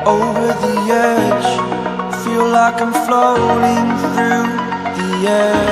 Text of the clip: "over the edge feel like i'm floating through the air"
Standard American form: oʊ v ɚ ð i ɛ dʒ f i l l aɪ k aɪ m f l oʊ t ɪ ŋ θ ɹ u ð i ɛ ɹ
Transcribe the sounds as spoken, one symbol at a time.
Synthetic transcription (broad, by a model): oʊ v ɚ ð i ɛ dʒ f i l l aɪ k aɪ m f l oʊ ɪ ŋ θ ɹ u ð i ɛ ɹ